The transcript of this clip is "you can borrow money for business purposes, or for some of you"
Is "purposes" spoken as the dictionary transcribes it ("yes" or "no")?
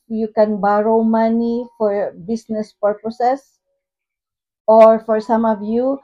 no